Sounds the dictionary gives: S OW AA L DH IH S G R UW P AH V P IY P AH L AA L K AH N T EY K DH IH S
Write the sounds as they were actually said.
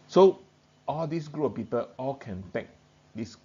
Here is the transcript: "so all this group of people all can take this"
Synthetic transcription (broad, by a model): S OW AA L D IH S G R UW AH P IY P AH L AA L K AH N T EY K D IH S